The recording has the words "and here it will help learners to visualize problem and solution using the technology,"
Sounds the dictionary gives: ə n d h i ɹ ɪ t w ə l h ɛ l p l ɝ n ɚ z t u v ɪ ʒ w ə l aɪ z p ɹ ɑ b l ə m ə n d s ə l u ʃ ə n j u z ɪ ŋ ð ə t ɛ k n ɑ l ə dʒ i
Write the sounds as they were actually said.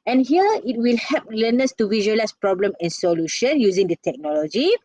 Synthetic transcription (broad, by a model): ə n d h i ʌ ɪ t w ə l h ɛ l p l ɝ n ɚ s t u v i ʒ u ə l aɪ s p ɹ ɑ b l ə m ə n s ə l u ʃ ə n j u z ɪ ŋ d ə t ɛ k n ɑ l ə dʒ i